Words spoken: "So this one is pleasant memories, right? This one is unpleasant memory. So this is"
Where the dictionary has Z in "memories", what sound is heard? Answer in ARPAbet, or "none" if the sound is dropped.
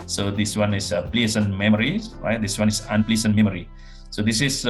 none